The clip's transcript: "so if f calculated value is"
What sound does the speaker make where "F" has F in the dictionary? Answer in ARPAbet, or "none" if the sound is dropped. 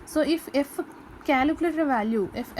F